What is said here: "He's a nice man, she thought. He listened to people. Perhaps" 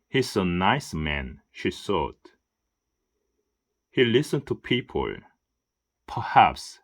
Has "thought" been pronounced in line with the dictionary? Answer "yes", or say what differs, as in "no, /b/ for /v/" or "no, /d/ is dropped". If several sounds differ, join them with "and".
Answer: no, /s/ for /θ/